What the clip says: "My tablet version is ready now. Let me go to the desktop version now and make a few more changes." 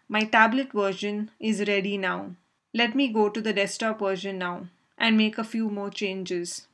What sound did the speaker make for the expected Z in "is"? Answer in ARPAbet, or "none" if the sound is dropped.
Z